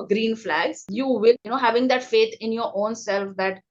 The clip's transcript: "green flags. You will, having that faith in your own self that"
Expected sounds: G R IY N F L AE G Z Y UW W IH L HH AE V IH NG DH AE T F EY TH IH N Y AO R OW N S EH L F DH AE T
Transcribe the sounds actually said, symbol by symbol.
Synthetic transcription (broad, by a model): G R IY N F L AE G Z Y UW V IH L HH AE V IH NG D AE T F EY T IH N Y AO R OW N S EH L F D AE T